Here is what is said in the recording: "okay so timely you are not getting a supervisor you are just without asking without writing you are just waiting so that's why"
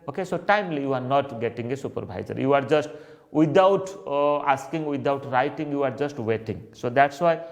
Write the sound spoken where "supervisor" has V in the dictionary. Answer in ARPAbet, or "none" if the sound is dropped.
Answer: B